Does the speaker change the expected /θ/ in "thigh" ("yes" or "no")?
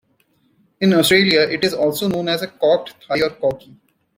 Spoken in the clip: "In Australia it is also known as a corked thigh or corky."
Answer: yes